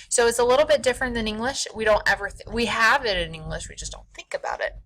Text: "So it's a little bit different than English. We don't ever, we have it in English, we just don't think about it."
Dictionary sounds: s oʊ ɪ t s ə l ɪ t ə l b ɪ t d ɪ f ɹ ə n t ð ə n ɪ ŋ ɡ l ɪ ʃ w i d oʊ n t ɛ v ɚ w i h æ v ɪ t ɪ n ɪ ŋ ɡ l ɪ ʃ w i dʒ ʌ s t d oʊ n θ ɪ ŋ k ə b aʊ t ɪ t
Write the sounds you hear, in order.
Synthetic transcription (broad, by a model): s oʊ ɪ t s ə l ɪ t l b ɪ t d ɪ f ɹ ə n ð ə n ɪ ŋ ɡ l ɪ ʃ w i d oʊ n t ɛ v ɚ w i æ v ɪ t ɪ n ɪ ŋ ɡ l ɪ ʃ w i dʒ ʌ s d oʊ n θ ɪ ŋ k ə b aʊ t ɪ t